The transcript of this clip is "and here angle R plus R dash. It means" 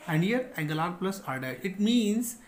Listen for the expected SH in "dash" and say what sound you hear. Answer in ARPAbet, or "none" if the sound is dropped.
none